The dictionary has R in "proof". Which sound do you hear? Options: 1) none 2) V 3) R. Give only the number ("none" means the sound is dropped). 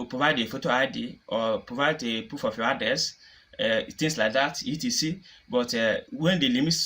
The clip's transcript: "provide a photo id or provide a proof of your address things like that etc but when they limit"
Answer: 1